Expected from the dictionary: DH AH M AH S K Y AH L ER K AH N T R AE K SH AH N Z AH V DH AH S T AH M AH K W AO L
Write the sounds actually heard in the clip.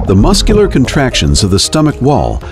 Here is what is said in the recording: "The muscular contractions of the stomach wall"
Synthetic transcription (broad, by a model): DH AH M AH S K Y L ER K AH N T R AE K SH AH N Z AH V DH AH S T AH M AH K W AO L